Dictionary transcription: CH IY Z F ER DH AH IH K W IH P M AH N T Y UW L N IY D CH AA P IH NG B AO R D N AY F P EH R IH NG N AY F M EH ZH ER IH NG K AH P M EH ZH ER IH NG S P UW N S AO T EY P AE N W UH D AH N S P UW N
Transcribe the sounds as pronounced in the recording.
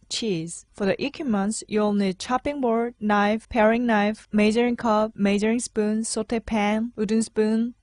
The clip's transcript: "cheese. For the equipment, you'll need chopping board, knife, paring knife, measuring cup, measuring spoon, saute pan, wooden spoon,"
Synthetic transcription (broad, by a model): CH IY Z F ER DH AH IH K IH M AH N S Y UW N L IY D CH AA P IH NG B AO R D N AY F P EH R IH NG N AY F M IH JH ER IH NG K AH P M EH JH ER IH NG S P UW N S AO T EY P AE N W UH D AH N S P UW N